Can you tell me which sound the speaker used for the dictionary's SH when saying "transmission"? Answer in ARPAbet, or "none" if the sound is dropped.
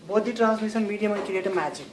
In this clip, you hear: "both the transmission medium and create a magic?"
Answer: S